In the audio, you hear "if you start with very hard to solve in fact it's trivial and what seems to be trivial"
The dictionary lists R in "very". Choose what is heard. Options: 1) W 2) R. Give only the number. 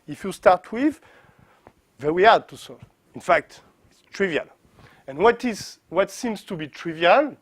1